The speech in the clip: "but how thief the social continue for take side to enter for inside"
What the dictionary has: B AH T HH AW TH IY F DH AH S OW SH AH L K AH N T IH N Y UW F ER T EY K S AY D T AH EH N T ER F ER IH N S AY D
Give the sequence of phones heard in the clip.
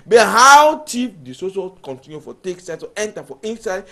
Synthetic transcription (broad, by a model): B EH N HH AW T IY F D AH S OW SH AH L K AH N T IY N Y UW F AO T EY K S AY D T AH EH N T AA F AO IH N S AY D